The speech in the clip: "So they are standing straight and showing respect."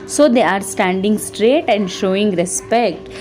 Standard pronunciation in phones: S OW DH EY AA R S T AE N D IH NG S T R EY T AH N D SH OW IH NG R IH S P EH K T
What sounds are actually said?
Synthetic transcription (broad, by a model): S OW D EY AA R S T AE N D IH NG S T R EY T AH N D SH OW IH NG R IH S P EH K T